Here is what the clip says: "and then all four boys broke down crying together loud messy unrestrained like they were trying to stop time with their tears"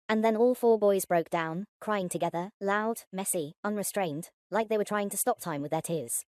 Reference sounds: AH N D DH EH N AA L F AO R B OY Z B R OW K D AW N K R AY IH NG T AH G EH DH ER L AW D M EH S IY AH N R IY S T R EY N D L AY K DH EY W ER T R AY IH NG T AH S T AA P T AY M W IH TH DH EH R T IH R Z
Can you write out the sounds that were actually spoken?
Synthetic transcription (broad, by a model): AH N DH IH N AA L F AO R B OY Z B R OW K D AW N K R AY IH NG T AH G EH DH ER L AW D M EH S IY AH N R IY S T R EY N D L AY K DH EY W ER T R AY IH NG T AH S T AA P T AY M W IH DH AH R T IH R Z